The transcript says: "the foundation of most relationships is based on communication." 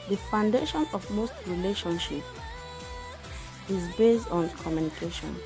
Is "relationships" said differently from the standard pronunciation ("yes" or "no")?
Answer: yes